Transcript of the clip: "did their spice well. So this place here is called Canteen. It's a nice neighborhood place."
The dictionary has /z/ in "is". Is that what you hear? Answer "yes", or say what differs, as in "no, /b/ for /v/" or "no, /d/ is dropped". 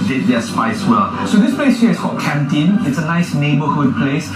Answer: no, /s/ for /z/